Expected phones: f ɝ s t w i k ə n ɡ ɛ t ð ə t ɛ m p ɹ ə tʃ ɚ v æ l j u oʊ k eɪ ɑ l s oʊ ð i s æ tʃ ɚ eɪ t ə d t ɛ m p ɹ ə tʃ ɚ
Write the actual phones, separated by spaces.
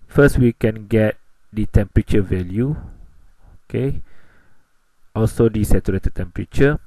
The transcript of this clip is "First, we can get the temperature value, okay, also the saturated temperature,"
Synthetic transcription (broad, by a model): f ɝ s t w i k ə n ɡ ɛ t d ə t ɛ m p ɹ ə tʃ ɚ v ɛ l j u oʊ k eɪ ɑ l s oʊ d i s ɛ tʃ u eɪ t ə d t ɛ m p ɹ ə tʃ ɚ